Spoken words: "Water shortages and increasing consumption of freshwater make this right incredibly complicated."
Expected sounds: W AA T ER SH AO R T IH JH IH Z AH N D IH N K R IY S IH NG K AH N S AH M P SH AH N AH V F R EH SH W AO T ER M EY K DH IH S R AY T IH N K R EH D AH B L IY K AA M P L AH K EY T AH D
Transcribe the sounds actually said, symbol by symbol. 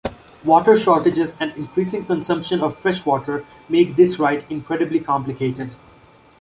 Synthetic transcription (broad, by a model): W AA T ER SH AO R T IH JH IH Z AH N D IH N K R IY S IH NG K AH N S AH M P SH AH N AH V F R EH SH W AO T ER M EY K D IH S R AY T IH N K R EH D AH B L IY K AA M P L AH K EY T AH D